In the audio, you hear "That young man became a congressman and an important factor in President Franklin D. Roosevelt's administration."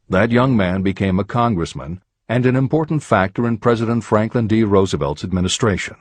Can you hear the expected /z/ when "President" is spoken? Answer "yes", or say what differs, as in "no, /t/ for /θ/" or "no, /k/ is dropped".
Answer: yes